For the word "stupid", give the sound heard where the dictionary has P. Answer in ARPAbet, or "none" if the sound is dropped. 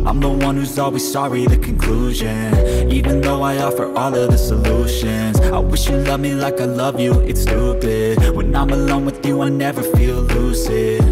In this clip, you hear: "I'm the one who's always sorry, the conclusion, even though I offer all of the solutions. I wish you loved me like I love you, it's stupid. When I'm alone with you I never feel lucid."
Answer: B